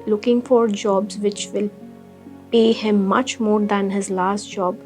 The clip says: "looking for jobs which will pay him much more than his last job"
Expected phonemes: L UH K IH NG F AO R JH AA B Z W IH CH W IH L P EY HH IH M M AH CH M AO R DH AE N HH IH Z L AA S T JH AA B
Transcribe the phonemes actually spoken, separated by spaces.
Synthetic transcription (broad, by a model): L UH K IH NG F AO R JH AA B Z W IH CH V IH L P EY HH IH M M AH CH M AO R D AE N HH IH Z L AA S T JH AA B